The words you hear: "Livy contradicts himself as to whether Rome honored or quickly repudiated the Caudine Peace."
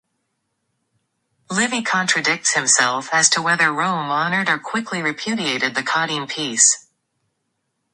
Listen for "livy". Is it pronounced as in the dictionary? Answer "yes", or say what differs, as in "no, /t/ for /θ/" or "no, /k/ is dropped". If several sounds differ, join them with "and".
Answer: yes